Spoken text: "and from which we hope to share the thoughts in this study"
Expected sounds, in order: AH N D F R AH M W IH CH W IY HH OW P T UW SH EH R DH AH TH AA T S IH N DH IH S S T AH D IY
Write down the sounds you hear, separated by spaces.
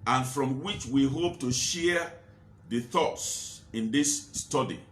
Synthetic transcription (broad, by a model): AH N F R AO M W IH CH W IY HH OW P T UW SH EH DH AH TH AA T S IH N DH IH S S T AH D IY